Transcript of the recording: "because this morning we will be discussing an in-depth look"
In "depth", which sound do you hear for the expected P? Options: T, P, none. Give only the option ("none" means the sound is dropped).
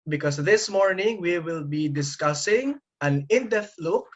none